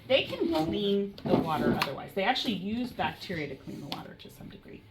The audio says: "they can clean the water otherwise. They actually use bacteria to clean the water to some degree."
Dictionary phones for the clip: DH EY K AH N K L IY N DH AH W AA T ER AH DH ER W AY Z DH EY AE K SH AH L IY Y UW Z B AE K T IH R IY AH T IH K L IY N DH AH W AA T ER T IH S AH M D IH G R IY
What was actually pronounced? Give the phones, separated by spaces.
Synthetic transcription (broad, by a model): DH EY K AH N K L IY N DH AH W AA T ER AH DH ER W AY Z DH EY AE K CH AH L IY Y UW Z B AE K T IH R IY AH T IH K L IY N DH AH W AA T ER T IH S AH M D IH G R IY